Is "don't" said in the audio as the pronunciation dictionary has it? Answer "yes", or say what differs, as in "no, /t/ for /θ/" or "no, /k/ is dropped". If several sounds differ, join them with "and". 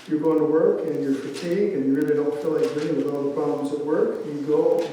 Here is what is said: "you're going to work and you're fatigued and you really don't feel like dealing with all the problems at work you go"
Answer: no, /l/ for /n/